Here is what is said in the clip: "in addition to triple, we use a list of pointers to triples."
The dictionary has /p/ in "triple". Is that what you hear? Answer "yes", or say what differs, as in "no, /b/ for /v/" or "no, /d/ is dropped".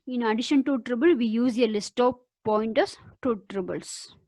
no, /b/ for /p/